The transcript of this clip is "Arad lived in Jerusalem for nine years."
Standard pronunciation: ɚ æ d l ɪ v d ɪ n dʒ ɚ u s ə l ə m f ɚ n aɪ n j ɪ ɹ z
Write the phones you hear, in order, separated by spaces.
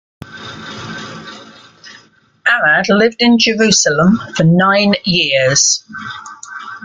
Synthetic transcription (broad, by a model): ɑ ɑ d l ɪ v d ɪ n dʒ ɚ u s ə l ə m f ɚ n aɪ n j ɪ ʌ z